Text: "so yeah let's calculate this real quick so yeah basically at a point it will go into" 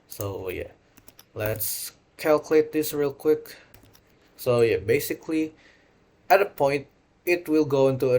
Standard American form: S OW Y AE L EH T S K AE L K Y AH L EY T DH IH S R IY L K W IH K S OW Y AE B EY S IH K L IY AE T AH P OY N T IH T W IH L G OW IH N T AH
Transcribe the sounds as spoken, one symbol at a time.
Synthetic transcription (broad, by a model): S OW Y AE L EH T S K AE L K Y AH L EY T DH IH S R IY L K W IH K S OW Y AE B EY S IH K L IY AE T AH P OY N T IH T W IH L G OW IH N T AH